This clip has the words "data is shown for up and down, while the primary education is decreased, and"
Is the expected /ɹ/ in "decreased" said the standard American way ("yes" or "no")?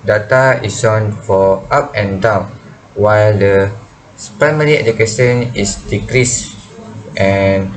yes